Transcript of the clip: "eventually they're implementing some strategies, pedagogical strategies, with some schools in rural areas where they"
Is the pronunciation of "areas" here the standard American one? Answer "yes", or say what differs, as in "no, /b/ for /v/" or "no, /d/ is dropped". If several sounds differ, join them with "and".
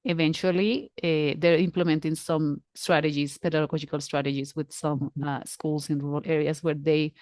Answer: no, /s/ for /z/